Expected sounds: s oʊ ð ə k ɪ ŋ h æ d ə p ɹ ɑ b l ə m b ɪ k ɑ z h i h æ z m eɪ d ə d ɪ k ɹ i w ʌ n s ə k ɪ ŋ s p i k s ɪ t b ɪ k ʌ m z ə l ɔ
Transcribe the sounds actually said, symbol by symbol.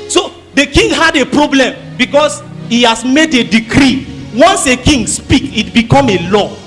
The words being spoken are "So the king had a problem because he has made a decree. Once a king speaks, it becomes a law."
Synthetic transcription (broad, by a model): s oʊ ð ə k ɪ ŋ h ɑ d ə p ɹ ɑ b l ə m b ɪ k ɑ s h i h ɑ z m eɪ d ə d ɪ k ɹ i w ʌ n s ə k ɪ ŋ s p i k ɪ t b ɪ k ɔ m ə l ɔ